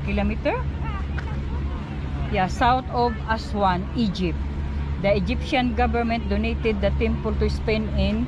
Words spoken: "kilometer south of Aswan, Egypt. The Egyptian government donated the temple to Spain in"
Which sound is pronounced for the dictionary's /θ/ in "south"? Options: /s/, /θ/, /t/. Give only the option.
/t/